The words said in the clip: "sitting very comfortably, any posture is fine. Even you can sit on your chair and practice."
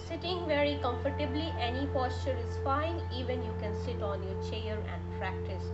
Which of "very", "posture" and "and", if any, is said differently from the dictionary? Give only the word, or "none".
none